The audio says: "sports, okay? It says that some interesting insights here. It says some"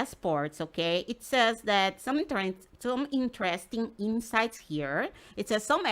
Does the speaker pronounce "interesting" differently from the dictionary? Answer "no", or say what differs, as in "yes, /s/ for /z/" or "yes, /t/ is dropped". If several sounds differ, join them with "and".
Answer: no